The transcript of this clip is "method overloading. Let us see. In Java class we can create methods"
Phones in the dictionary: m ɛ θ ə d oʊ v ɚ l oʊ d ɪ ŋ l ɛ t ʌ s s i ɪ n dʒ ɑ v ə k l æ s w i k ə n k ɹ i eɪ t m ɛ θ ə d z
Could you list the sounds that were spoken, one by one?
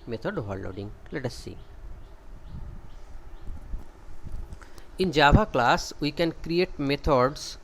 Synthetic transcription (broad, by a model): m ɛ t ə d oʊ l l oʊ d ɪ ŋ l ɛ t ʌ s s i ɪ n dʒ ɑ b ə k l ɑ s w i k ə n k ɹ i eɪ t m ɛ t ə d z